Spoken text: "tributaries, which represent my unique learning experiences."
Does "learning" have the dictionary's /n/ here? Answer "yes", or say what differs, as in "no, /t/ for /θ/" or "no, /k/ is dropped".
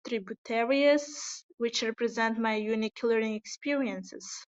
no, /n/ is dropped